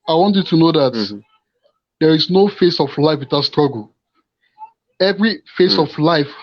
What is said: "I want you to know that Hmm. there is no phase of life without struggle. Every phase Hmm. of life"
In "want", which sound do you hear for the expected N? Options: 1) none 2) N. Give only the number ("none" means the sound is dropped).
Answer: 2